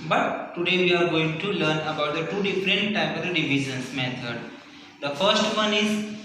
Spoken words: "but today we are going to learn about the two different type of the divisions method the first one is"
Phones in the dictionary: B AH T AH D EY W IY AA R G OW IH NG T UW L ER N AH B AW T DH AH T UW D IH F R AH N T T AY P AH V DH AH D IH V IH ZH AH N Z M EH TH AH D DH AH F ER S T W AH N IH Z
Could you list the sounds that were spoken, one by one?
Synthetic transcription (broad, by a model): B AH T AH D EY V IY AA R G OW IH NG T UW L ER N AH B AW T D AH T UW D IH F R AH N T T AY P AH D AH D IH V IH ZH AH N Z M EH T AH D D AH F ER S T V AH N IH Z